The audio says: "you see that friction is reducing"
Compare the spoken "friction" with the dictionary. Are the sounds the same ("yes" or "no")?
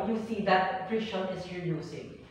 no